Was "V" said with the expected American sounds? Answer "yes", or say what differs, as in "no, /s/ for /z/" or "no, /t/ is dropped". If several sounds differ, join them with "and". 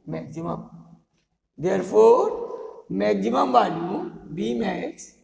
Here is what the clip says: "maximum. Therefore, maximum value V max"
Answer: no, /b/ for /v/